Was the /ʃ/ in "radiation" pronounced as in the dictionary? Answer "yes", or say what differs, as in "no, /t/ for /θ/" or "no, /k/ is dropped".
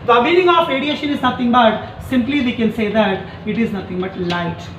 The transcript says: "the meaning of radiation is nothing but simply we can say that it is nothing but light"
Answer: yes